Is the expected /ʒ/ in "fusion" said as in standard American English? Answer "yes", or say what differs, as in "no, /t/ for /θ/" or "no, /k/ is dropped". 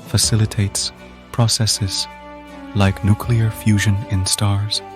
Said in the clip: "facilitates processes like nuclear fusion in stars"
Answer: yes